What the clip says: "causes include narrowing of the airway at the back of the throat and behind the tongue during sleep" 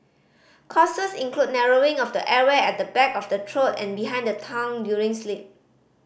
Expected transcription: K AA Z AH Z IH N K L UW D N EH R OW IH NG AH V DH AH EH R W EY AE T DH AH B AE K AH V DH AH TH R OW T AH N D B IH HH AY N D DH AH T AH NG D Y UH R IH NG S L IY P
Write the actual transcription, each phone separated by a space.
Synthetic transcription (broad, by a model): K AA S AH S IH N K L UW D N EH R OW IH NG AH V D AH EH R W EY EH T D AH B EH K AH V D AH T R OW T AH N B IH HH AY N D AH T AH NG D Y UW R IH NG S L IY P